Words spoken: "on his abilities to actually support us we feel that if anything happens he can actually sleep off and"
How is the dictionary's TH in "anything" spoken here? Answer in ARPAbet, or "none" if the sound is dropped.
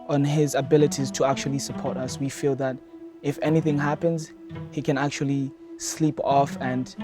TH